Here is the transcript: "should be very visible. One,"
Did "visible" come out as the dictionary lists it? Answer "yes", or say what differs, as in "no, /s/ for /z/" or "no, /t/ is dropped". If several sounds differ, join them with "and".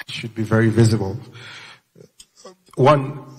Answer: yes